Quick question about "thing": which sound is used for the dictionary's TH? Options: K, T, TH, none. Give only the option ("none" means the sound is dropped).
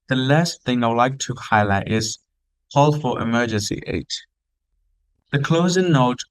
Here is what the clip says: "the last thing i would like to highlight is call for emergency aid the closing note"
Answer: TH